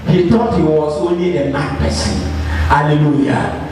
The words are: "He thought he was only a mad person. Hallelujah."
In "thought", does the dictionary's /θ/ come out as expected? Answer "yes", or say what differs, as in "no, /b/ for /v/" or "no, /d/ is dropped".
no, /t/ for /θ/